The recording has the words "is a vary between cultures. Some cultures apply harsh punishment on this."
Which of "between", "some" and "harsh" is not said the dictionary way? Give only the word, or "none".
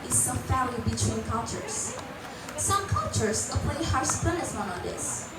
harsh